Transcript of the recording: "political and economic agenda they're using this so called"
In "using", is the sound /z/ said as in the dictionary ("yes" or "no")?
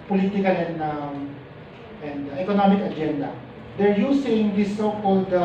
no